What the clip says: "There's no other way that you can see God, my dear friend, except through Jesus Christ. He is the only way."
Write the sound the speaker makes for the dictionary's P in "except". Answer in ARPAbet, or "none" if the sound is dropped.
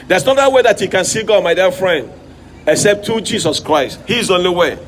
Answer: P